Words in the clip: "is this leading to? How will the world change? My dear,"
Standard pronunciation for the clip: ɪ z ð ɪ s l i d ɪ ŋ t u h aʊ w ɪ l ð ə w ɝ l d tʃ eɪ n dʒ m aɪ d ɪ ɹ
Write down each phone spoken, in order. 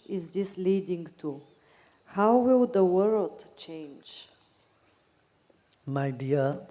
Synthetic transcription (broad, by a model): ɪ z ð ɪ s l i d ɪ ŋ t u h aʊ w ɪ l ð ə w ɝ l d tʃ eɪ n dʒ m aɪ d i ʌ